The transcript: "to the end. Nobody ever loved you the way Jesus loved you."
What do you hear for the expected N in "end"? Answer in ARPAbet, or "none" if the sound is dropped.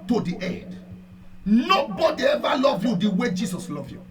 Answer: none